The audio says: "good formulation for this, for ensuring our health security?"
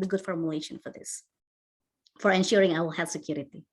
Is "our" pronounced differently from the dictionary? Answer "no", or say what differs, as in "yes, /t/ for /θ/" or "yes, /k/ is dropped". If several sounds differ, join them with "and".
yes, /w/ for /ɹ/